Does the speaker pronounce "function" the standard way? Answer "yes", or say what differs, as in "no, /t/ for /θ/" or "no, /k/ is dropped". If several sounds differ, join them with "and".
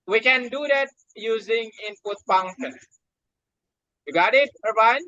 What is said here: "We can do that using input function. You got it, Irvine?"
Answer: no, /p/ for /f/